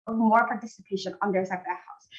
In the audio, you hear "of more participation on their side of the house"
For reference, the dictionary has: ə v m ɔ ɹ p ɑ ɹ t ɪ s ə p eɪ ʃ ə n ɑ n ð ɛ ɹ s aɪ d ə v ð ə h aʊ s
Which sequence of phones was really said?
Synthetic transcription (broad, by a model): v m ɔ ɹ p ɑ ɹ t ɪ s ə p eɪ ʃ ə n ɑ n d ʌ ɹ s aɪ ə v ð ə h aʊ s